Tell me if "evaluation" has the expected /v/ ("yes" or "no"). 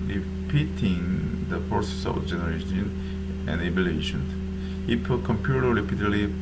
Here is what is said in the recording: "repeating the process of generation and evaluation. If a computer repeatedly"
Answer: no